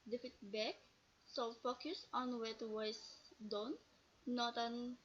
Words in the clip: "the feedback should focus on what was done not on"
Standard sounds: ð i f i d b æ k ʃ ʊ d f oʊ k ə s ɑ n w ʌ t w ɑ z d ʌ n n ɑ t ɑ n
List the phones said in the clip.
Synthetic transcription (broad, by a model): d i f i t b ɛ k s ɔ f oʊ k ə s ɑ n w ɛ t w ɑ s d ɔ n n ɑ t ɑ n